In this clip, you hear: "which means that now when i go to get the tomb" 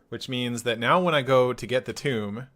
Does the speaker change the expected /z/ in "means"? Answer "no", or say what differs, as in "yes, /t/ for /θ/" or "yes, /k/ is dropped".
no